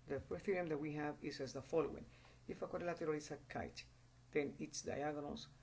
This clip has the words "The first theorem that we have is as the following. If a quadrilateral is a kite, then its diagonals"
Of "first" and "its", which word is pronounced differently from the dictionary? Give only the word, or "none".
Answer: first